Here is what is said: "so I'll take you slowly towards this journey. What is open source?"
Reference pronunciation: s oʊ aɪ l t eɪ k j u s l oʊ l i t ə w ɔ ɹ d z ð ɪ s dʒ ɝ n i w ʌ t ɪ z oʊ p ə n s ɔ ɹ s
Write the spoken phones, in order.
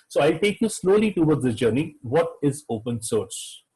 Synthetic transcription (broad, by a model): s oʊ aɪ l t eɪ k j u s l oʊ l i t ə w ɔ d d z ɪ dʒ ɝ n i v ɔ t ɪ z oʊ p ə n s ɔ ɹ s